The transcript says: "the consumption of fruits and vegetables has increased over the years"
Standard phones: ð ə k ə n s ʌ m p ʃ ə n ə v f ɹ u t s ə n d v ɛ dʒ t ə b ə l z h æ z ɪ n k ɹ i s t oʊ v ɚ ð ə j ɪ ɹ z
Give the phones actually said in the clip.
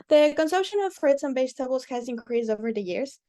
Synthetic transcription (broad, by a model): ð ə k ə n s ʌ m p ʃ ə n ə v f ɹ u t s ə n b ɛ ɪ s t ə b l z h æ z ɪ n k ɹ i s oʊ v ɚ ð ə j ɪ ɹ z